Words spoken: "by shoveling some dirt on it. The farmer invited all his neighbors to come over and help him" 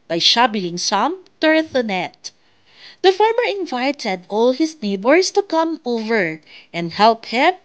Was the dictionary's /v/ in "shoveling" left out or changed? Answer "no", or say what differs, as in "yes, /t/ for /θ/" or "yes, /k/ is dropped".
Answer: yes, /b/ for /v/